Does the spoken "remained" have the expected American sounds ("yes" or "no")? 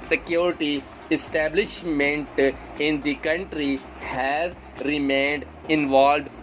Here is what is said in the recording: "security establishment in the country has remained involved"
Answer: yes